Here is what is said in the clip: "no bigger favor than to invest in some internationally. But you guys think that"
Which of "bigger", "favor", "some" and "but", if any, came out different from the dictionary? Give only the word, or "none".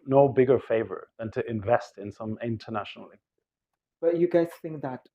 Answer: none